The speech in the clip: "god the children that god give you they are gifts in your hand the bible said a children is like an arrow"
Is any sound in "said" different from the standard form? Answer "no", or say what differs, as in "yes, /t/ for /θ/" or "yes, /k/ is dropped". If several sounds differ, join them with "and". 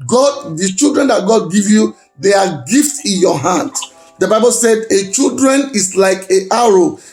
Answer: no